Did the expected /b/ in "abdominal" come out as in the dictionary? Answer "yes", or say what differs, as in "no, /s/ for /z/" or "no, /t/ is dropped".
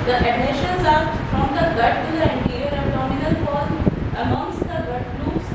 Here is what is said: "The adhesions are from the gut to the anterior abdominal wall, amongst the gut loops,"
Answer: no, /b/ is dropped